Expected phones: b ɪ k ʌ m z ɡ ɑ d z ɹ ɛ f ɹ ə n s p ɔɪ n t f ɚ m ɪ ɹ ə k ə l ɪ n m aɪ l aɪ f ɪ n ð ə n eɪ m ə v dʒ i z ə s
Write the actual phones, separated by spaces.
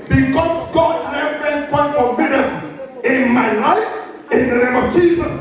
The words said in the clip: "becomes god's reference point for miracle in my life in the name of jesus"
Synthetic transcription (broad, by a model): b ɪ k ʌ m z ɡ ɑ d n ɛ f ə s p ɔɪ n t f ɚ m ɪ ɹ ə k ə ɪ n m aɪ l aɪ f ɪ n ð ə n eɪ m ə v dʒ i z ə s